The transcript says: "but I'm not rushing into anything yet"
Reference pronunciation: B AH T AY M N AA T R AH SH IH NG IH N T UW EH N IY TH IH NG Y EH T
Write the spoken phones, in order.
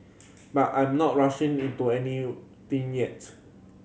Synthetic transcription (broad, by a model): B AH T AY M N AA T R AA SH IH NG IH N T UW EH N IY T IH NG Y EH T